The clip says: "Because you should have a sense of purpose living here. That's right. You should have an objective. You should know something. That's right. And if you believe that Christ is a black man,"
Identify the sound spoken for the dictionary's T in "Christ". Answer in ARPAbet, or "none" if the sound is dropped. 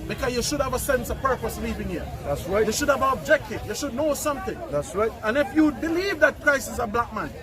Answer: none